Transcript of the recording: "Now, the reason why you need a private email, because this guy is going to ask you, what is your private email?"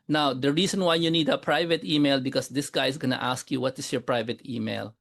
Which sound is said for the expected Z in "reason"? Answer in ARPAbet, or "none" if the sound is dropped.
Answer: S